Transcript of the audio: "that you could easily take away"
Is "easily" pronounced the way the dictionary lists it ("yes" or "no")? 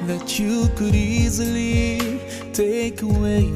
yes